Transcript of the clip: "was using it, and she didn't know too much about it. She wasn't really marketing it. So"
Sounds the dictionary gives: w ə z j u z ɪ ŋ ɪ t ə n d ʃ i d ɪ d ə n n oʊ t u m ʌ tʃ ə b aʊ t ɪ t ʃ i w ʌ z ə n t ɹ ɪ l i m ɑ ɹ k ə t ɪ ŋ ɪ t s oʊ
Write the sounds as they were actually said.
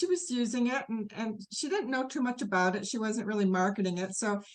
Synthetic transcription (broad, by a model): w ə z j u z ɪ ŋ ɪ t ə n ʃ i d ɪ d n n oʊ t u m ʌ tʃ ə b aʊ t ɪ t ʃ i w ʌ z ə n t ɹ ɪ l i m ɑ ɹ k ə t ɪ ŋ ɪ t s oʊ